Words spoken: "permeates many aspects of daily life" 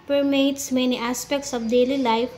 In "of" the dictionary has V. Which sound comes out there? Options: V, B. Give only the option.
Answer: B